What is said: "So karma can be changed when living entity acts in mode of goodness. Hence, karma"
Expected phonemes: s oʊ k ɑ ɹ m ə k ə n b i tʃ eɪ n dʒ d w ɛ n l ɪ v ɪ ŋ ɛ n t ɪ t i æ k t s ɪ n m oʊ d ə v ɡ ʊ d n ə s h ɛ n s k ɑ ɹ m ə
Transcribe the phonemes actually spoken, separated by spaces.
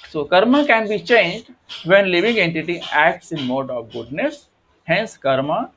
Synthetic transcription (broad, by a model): s oʊ k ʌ ɹ m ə k ə n b i tʃ eɪ n dʒ d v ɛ n l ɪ v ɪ ŋ ɛ n t ɪ t i æ k t s ɪ n m oʊ d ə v ɡ ʊ d n ə s h ɛ n s k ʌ ɹ m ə